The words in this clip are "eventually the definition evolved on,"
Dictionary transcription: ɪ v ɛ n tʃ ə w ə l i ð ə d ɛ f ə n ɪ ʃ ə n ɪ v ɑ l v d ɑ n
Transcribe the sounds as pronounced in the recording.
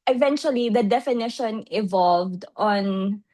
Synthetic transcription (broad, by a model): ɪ v ɛ n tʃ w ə l i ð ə d ɛ f ə n ɪ ʃ ə n ɪ v ɑ l v d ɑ n